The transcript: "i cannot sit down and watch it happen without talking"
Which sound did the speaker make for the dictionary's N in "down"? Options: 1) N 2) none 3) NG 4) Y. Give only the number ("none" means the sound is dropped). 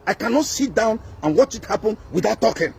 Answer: 1